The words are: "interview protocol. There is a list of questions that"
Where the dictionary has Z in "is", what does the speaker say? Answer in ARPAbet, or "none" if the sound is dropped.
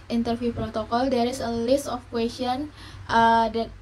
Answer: S